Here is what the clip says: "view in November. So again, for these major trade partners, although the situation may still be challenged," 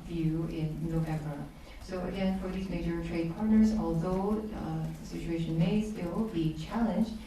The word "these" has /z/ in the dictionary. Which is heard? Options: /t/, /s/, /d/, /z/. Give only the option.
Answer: /z/